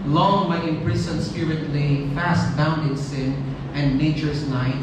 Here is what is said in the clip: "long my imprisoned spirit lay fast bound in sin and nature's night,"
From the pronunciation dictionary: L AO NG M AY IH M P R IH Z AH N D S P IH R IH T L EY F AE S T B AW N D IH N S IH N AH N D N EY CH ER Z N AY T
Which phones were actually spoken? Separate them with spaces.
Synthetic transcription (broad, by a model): L AO NG M AY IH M P R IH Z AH N S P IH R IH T L EY F AE S T B AW N D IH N S IH N AH N D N EY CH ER S N AY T